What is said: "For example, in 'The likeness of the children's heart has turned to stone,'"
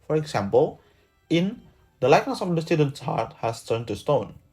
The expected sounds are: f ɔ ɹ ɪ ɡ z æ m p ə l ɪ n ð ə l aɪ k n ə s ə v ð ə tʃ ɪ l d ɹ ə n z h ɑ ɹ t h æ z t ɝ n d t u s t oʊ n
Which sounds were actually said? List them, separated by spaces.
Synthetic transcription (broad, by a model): f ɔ ɹ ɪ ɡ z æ m p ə l ɪ n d ə l aɪ k n ə s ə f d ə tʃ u d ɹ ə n s h ɑ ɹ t h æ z t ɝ n t u s t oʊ n